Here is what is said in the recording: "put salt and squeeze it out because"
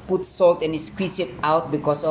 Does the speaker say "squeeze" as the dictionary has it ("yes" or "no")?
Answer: no